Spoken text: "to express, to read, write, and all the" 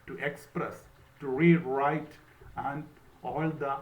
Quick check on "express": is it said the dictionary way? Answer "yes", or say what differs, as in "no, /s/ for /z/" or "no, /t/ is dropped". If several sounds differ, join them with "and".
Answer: yes